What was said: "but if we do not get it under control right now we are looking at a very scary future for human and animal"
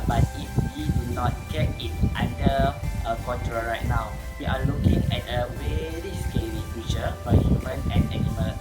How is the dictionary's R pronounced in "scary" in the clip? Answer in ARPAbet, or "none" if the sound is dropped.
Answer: L